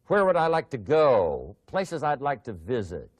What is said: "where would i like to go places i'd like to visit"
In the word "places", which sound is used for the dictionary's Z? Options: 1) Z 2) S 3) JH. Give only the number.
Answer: 1